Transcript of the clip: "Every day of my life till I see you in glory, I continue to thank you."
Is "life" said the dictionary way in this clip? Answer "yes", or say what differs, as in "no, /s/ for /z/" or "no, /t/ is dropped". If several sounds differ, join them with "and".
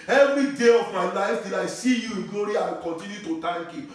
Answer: no, /n/ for /l/